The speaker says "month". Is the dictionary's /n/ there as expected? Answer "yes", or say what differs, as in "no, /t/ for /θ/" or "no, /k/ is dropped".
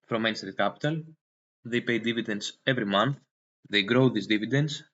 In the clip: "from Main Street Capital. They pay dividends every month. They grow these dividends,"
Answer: yes